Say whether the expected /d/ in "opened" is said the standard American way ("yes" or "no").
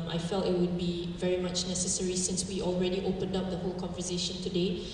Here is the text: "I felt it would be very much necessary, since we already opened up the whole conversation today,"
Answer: yes